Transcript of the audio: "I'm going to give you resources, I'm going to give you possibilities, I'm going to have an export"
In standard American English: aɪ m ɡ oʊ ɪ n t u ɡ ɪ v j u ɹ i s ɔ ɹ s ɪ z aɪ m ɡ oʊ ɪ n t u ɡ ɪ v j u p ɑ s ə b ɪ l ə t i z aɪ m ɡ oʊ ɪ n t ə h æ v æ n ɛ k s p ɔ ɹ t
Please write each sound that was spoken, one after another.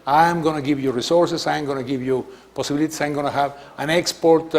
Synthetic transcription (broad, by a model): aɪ m ɡ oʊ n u ɡ ɪ v j u ɹ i s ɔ ɹ s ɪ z aɪ m ɡ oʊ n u ɡ ɪ v j u p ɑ s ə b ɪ l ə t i s aɪ m ɡ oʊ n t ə h æ v æ n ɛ k s p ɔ ɹ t